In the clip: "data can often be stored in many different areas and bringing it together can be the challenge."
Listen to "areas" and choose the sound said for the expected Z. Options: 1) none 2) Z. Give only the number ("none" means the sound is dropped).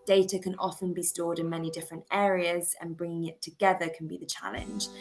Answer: 2